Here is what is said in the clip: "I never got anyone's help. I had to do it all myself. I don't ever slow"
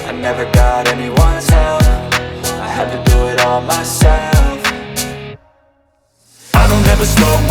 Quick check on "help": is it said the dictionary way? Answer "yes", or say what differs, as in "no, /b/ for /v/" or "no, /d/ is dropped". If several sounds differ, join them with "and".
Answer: no, /f/ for /p/